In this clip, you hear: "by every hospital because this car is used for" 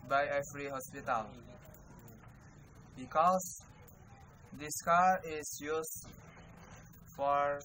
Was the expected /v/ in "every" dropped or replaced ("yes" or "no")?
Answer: yes